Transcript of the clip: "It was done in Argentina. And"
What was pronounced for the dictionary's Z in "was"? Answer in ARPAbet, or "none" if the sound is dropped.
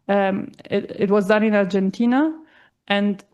Z